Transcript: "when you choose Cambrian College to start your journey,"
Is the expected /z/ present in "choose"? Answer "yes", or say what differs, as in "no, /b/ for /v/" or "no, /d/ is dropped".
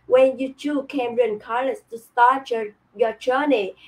no, /z/ is dropped